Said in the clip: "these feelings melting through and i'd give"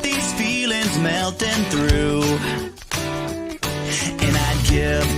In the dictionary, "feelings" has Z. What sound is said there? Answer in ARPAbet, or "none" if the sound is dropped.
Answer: Z